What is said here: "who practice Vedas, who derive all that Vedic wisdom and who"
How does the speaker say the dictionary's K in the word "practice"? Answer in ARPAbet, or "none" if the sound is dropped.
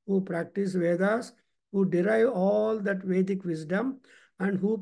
K